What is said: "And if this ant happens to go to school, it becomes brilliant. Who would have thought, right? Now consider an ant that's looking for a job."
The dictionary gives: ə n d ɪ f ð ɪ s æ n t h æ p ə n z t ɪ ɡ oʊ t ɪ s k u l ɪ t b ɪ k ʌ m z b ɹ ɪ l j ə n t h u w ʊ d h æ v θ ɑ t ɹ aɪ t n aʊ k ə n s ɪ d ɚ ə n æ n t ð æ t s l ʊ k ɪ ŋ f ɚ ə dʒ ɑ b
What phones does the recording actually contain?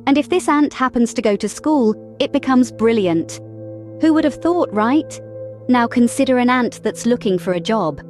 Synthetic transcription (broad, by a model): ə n ɪ f ð ɪ s æ n t h æ p ə n z t ɪ ɡ oʊ t ɪ s k u l ɪ t b ɪ k ʌ m z b ɹ ɪ l j ə n t h u w ʊ d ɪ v θ ɑ t ɹ aɪ t n aʊ k ə n s ɪ d ɚ ə n æ n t ð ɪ t s l ʊ k ɪ ŋ f ɚ ə dʒ ɑ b